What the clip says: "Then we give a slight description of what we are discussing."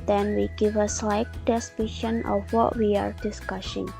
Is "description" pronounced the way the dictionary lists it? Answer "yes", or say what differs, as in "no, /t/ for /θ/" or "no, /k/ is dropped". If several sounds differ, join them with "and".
no, /p/ is dropped